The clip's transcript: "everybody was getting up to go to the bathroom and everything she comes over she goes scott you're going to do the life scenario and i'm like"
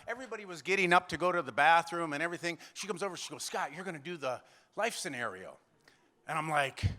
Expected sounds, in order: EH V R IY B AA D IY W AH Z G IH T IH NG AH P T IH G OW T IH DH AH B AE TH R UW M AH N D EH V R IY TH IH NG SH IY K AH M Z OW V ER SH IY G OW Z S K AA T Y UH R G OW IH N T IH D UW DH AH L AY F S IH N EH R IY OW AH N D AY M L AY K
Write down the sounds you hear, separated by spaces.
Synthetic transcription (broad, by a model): EH V R IY B AA D IY W AH Z G IH T IH NG AH P T IH G OW T IH DH AH B AE TH R UW M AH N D EH V R IY TH IH NG SH IY K AH M Z OW V ER SH IY G OW Z S K AA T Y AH R G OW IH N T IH D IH DH AH L AY F S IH N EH R IY OW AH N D AY M L AY K